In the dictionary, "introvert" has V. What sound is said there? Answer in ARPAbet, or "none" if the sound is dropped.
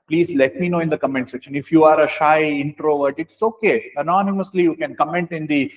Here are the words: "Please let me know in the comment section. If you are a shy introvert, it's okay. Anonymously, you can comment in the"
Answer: V